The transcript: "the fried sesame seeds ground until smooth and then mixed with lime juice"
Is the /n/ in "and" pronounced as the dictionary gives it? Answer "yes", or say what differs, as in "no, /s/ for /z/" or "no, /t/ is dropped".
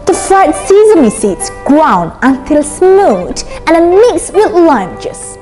no, /l/ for /n/